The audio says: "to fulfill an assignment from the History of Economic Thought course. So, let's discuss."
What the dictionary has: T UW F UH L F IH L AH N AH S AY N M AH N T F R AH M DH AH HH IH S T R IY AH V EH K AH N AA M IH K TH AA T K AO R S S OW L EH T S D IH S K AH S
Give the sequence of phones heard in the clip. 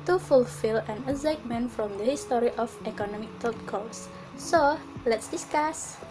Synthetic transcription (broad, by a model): T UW F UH L F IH L AH N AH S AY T M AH N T F R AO M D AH HH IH S T R IY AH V EH K AH N AA M IH K T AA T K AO L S S OW L EH T S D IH S K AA S